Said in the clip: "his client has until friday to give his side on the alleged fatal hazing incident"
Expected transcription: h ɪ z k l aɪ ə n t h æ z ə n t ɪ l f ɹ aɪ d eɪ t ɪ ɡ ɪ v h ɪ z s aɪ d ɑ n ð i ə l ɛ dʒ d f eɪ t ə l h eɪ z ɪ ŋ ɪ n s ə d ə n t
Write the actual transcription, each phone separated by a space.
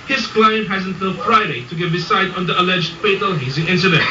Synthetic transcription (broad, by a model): h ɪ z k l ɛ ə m h æ z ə n t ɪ l f ɹ aɪ d eɪ t ɪ ɡ ɪ v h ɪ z s aɪ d n ð i ə l ɛ dʒ d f eɪ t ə l h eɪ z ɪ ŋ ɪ n s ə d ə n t